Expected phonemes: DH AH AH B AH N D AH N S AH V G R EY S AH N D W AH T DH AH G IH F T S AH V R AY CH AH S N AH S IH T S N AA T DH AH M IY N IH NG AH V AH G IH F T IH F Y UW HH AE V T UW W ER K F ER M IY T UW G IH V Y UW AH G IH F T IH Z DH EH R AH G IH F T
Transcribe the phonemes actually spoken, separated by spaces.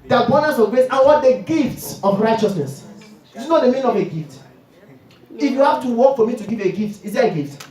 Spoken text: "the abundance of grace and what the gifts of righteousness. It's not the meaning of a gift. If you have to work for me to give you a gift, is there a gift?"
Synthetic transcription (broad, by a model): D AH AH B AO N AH S AH V G R EY S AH N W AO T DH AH G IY F T S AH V R AY CH AH S N AH S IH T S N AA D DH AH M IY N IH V AH G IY F T IH F Y UW HH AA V T UW W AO K F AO M IY T UW G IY V AH G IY F T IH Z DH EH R AH G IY F T